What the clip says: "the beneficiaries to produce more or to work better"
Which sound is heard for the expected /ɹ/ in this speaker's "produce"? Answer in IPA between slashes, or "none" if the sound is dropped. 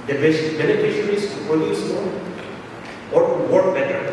none